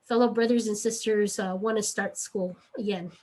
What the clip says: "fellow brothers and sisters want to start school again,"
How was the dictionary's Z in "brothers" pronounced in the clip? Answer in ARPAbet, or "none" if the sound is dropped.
Z